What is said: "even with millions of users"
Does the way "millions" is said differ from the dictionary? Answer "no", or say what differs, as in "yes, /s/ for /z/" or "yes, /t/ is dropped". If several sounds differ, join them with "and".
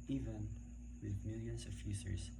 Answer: yes, /s/ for /z/